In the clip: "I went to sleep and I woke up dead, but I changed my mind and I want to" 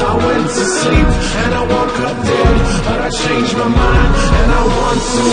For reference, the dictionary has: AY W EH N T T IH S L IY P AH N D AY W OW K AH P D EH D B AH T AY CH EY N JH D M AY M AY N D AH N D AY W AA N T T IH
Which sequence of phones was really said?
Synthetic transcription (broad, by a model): AY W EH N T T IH S L IY P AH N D AY W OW K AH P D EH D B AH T AY SH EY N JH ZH M AY M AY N AH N AY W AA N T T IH